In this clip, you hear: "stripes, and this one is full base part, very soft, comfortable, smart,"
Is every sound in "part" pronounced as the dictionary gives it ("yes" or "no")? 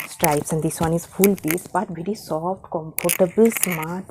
no